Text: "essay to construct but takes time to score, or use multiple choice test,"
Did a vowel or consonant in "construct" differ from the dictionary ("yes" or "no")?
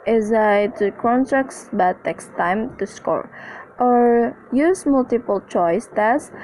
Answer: yes